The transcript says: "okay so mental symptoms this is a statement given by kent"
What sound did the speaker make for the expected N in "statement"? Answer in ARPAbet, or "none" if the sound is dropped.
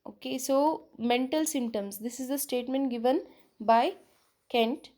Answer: N